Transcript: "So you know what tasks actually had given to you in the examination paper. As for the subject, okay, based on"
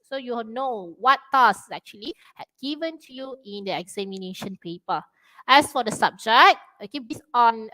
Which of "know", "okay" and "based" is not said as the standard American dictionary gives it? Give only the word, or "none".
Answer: based